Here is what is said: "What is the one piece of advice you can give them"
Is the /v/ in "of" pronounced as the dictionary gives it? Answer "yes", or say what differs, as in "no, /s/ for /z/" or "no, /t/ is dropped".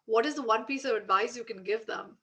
yes